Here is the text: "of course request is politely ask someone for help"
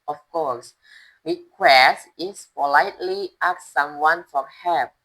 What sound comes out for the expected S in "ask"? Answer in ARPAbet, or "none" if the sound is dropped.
none